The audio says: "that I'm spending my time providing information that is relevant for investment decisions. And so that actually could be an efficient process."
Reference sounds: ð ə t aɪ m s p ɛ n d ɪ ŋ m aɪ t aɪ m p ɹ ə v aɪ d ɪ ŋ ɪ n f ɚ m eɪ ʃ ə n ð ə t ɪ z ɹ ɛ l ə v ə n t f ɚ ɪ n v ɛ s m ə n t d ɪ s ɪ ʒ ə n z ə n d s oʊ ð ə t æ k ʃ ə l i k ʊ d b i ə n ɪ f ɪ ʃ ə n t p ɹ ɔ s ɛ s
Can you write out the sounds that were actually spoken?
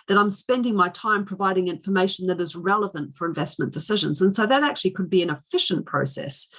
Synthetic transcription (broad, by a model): ð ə t aɪ m s p ɛ n d ɪ ŋ m aɪ t aɪ m p ɹ ə v aɪ d ɪ ŋ ɪ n f ɚ m eɪ ʃ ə n ð ə t ɪ z ɹ ɛ l ə v ə n t f ɚ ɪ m v ɛ s m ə n d ɪ s ɪ ʒ ə n z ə n s oʊ ð ə t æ k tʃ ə l i k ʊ d b i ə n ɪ f ɪ ʃ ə n p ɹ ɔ s ɛ s